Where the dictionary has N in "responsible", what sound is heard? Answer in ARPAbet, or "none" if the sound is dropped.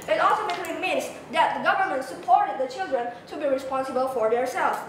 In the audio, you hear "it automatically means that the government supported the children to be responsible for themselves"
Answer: N